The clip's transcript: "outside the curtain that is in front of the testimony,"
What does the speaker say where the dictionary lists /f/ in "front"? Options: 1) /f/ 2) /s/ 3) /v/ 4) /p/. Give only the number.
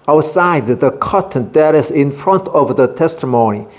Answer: 1